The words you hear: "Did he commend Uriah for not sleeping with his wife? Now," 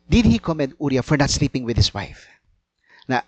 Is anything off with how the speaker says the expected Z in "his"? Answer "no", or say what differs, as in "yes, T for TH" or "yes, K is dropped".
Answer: yes, S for Z